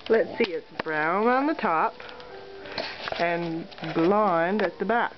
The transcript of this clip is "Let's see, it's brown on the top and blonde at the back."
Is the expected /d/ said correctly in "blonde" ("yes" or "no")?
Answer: yes